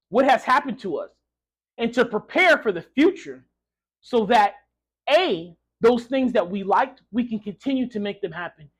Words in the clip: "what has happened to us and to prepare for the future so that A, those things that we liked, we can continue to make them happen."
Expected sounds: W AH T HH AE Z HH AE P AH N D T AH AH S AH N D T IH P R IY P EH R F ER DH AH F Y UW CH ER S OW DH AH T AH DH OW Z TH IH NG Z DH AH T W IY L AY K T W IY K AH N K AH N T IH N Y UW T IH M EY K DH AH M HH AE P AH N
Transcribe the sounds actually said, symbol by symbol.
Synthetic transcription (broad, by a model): W AH T HH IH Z HH AE P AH N T AH AH S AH N T IH P R IY P EH R F ER DH AH F Y UW CH ER S OW DH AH T AH DH OW Z TH IH NG Z DH AH T W IY L AY K T W IY K AH N K AH N T IH N Y UW T IH M EY K DH AH M HH AE P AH N